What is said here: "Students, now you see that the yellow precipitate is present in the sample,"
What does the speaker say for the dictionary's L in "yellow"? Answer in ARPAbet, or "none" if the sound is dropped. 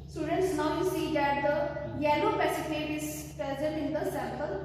N